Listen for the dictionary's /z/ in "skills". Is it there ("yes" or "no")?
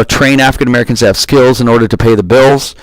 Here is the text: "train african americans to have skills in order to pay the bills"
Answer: yes